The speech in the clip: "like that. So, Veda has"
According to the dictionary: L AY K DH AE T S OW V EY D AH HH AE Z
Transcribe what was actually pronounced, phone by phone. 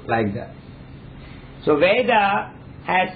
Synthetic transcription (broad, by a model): L AY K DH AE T S OW V EY D AH HH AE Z